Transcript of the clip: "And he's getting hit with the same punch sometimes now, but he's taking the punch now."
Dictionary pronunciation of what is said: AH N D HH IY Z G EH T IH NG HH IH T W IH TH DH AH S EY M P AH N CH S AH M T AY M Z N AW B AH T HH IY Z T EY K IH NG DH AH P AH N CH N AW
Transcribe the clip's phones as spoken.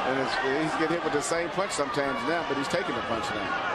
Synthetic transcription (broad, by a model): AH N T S IY Z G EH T HH IH T W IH DH AH S EY M P AH N CH S AH M T AY M Z N AW B AH T HH IY Z T EY K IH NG DH AH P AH N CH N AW